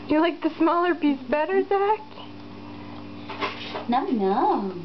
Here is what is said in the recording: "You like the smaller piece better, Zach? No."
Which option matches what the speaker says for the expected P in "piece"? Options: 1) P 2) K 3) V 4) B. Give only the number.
4